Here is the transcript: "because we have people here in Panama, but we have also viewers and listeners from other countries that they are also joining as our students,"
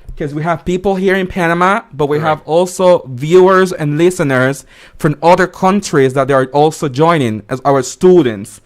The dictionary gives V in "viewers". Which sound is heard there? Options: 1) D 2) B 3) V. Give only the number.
3